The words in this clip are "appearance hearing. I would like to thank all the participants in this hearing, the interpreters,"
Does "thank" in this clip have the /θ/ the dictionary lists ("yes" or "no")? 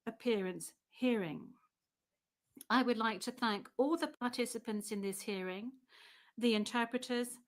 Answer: yes